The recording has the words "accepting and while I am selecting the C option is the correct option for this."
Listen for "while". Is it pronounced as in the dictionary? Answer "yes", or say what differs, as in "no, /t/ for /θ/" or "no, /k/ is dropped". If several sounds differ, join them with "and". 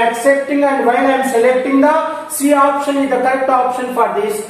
no, /n/ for /l/